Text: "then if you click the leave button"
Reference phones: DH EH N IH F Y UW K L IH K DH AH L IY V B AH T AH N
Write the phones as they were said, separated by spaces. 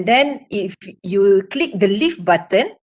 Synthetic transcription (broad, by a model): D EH N IH F Y UW K L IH K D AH L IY F B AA T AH N